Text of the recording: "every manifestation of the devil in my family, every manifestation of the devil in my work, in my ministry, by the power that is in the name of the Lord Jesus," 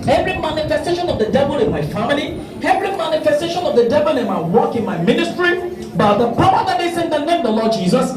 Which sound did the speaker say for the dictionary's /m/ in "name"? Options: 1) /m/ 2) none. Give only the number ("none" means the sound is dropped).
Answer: 2